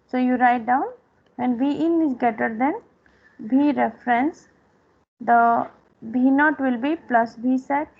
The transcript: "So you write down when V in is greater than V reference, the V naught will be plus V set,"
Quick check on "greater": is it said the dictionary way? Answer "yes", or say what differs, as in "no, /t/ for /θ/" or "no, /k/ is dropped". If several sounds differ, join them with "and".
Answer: no, /ɹ/ is dropped